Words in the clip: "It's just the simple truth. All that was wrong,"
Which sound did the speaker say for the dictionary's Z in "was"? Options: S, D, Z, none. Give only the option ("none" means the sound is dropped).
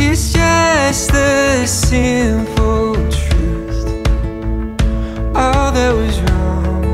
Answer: Z